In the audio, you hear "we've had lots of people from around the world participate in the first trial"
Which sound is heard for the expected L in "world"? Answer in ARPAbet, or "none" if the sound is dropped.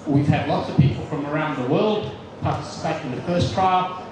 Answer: L